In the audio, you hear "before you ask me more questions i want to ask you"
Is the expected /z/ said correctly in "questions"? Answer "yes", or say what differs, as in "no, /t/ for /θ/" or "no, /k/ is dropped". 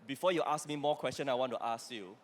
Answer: no, /z/ is dropped